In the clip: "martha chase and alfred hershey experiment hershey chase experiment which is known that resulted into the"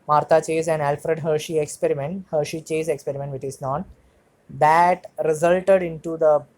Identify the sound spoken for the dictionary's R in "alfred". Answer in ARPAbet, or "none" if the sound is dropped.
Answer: R